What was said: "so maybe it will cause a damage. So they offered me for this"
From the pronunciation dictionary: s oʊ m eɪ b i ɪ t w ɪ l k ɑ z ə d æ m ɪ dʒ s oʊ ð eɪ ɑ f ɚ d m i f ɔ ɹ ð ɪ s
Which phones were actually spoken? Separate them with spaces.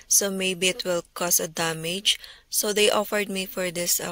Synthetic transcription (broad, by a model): s oʊ m eɪ b i ɪ t w ɪ l k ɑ s ə d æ m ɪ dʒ s oʊ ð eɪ ɑ f ɚ d m i f ɔ ɹ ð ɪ s